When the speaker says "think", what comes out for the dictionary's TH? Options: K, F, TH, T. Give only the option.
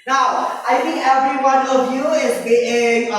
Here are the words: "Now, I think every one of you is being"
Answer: T